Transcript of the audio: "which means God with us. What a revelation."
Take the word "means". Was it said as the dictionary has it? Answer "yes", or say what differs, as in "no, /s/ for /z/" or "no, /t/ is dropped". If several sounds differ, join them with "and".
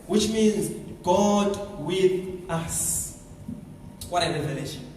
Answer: yes